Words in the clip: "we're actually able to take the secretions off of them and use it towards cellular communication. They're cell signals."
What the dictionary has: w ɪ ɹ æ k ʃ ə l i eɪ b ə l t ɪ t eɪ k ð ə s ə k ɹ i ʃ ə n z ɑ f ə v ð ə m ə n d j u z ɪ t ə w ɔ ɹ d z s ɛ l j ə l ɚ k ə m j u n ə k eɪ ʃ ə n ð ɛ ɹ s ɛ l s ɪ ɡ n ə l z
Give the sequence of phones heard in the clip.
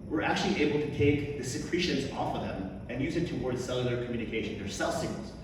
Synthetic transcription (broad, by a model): w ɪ ɹ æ k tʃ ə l i eɪ b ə l t ɪ t eɪ k ð ə s ə k ɹ i ʃ ə n z ɑ f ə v ð ə m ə n j u z ɪ t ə w ɔ ɹ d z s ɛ l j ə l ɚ k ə m j u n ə k eɪ ʃ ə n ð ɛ ɹ s ɛ l s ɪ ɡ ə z